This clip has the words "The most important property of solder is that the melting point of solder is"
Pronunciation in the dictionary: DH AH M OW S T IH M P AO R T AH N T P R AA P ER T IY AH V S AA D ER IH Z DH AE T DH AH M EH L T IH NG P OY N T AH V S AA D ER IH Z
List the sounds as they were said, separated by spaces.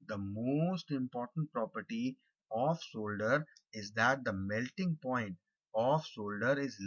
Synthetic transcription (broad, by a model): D AH M OW S T IH M P AO R T AH N T P R AA P ER T IY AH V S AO D ER IH Z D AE T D AH M EH L T IH NG P OY N T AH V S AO D ER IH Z